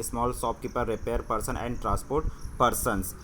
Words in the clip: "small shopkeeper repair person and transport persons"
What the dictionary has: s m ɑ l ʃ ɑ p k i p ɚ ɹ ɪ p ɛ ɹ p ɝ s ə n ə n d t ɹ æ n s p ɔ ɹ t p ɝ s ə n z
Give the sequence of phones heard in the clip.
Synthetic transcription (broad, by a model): s m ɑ l s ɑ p k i p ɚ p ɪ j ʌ ɹ p ɝ s ə n ə n d t ɹ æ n s p ɔ ɹ t p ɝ s ə n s